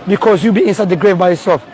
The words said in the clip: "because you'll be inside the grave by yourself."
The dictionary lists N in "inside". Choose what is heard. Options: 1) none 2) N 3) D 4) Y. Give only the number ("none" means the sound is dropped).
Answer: 2